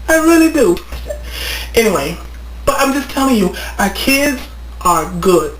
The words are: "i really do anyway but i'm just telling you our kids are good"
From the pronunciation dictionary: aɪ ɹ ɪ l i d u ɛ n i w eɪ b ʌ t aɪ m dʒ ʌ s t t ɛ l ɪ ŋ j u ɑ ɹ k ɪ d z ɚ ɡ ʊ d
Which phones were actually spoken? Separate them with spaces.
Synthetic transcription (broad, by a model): aɪ ɹ ɪ l i d u ɛ n i w eɪ b ʌ t aɪ m dʒ ʌ s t t ɛ l ɪ ŋ j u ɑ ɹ k ɪ d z ɚ ɡ ʊ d